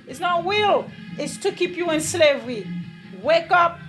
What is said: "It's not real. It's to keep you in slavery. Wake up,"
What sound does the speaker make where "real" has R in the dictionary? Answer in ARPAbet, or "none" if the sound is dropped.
W